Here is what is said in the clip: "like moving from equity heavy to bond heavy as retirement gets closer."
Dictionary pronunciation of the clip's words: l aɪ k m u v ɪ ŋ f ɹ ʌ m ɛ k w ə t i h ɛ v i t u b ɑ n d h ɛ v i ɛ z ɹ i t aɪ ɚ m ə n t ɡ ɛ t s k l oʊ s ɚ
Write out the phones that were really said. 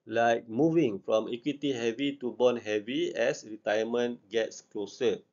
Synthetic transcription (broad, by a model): l aɪ k m u v ɪ ŋ f ɹ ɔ m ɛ k w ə t i h ɛ v i t u b ɑ n h ɛ v i ɛ s ɹ i t aɪ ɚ m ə n ɡ ɛ t s k l oʊ s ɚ